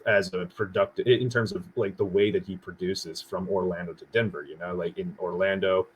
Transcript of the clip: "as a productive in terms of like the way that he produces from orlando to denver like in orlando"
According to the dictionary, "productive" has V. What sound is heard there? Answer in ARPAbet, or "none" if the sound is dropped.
none